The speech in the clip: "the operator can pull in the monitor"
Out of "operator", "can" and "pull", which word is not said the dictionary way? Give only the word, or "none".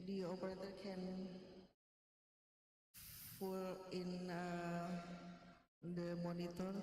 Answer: pull